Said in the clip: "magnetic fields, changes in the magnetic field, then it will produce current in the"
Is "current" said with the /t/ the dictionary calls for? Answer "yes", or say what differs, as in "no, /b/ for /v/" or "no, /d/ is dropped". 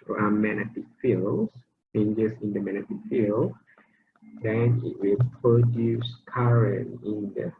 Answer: no, /t/ is dropped